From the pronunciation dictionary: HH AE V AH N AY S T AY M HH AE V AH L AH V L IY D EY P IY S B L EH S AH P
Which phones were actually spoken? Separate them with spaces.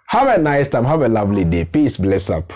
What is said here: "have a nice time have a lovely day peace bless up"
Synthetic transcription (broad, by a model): HH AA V AH N AY S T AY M HH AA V AH L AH V L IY D EY P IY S B L EH S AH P